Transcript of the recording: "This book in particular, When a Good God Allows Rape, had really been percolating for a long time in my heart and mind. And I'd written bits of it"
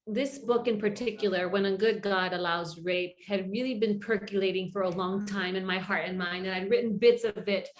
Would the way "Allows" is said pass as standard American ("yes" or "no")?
yes